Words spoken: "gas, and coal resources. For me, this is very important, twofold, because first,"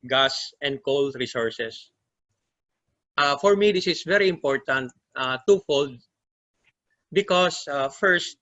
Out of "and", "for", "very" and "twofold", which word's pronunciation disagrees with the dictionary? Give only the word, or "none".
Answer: none